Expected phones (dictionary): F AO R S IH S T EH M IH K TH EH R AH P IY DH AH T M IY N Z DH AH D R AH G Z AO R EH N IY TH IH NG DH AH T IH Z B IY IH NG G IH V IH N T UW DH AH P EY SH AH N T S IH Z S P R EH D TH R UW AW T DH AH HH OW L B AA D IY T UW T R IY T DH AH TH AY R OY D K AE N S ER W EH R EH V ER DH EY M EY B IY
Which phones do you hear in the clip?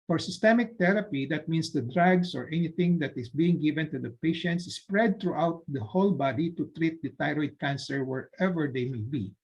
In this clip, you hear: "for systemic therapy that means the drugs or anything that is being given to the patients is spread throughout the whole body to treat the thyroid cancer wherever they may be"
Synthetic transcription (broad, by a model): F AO R S IH S T EH M IH K T EH R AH P IY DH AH T M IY N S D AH D R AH G S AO R EH N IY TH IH NG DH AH T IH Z B IY IH NG G IH V IH N T UW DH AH P EY SH AH N T S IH S P R EH D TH R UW AW T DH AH HH OW L B AA D IY T UW T R IY T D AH T AY R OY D K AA N S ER W EH R EH V ER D EY M EY B IY